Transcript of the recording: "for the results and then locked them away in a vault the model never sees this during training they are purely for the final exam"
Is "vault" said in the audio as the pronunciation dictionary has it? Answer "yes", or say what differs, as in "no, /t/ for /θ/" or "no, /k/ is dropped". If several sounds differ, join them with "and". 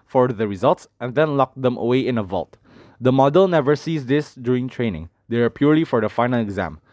yes